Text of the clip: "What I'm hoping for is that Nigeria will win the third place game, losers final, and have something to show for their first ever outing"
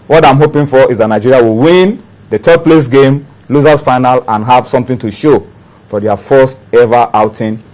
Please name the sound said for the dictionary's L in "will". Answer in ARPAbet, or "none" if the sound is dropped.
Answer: L